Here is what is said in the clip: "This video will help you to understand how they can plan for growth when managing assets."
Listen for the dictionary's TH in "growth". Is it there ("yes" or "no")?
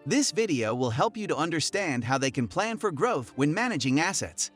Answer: yes